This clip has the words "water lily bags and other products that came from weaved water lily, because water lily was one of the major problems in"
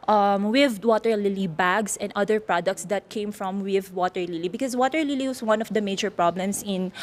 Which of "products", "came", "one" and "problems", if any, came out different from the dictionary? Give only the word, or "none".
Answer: problems